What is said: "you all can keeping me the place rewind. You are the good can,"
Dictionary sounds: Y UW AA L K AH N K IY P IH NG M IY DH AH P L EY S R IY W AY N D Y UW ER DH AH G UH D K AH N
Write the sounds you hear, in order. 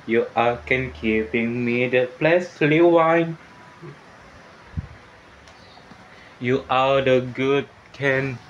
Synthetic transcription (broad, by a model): Y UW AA K AH N K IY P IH NG M IY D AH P L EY S L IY W AY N Y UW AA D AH G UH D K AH N